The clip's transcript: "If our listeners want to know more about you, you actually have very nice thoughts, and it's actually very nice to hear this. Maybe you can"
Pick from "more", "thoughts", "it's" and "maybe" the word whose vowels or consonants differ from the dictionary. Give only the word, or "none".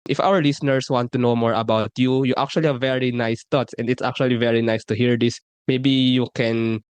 thoughts